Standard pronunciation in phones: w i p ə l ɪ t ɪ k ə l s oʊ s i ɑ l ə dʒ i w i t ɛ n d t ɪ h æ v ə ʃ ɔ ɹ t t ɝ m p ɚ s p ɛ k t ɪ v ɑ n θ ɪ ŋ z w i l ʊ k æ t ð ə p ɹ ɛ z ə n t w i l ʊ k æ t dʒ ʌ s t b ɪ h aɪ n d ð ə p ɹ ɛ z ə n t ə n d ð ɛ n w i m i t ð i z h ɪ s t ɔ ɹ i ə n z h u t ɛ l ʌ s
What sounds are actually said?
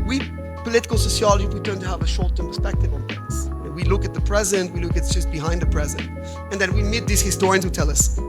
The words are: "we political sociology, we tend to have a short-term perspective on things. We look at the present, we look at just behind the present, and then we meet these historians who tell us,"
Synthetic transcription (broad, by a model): w i p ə l ɪ t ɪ k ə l s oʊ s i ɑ l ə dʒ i w i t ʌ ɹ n t ɪ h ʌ v ə ʃ ɔ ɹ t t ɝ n p ɚ s p ɛ k t ɪ v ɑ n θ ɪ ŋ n w i l ʊ k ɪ t ð ə p ɹ ɛ z ə n t w i l ʊ k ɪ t dʒ ʌ s t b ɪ h aɪ n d ð ə p ɹ ɛ z ə n t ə n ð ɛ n w i m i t ð i z h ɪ s t ɔ ɹ i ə n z h u t ɛ l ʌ s